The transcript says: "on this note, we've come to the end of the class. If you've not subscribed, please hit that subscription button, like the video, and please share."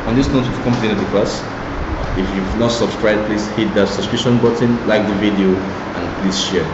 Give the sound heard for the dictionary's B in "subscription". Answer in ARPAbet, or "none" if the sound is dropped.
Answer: none